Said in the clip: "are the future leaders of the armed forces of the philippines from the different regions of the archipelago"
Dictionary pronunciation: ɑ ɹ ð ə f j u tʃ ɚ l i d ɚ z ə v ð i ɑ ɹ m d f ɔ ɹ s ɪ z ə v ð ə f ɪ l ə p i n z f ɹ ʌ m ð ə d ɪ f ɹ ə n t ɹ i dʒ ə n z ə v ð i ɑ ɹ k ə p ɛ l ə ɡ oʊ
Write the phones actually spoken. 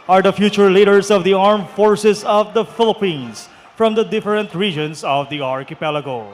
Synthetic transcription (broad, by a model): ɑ ɹ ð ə f j u tʃ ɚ l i d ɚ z ə v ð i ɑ ɹ m f ɔ ɹ s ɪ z ə v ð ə f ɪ l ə p i n s f ɹ ʌ m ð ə d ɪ f ɹ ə n t ɹ i dʒ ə n s ə v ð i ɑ ɹ k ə p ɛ l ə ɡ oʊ